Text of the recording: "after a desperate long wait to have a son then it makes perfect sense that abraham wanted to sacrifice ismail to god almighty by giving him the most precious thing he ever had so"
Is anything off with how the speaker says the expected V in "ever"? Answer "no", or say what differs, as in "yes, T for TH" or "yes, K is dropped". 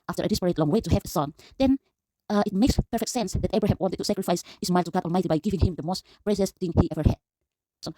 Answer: no